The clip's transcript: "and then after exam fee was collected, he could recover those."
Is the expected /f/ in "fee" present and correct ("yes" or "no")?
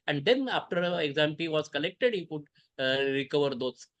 no